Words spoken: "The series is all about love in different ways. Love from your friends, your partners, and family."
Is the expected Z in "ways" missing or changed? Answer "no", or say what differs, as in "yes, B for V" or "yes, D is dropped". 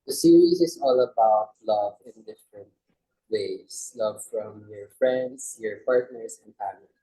yes, S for Z